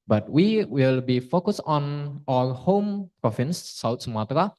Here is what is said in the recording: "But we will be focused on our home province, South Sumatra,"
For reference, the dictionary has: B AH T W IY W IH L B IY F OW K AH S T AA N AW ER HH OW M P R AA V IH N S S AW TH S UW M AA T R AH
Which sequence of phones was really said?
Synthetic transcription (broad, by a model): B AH T W IY W IH L B IY F OW K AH S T AA N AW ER HH OW M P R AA F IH N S S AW T S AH M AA T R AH